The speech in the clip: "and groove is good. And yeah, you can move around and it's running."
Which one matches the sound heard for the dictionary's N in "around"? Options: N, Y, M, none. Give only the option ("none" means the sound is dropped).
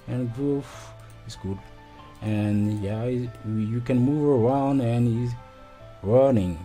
N